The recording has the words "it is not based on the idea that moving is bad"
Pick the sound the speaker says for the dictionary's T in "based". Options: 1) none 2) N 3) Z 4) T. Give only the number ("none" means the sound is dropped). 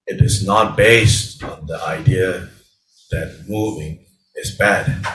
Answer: 4